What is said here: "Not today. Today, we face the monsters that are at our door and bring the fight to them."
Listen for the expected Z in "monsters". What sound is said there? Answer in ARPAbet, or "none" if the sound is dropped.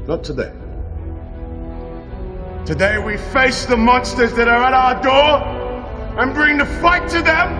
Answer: Z